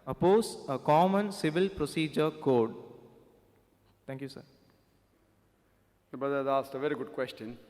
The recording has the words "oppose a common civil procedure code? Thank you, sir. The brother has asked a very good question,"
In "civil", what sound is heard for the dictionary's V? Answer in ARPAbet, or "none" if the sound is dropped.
V